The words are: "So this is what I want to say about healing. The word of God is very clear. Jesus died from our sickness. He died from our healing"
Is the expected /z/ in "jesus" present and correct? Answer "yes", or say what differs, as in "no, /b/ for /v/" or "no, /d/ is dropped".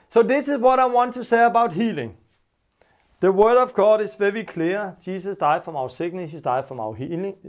no, /s/ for /z/